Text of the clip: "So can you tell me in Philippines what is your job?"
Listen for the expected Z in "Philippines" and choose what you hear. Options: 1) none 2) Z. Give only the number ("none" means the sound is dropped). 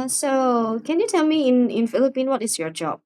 1